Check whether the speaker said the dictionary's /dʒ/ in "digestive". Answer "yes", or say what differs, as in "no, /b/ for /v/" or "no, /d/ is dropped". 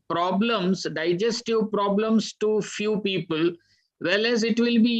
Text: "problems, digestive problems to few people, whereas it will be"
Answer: yes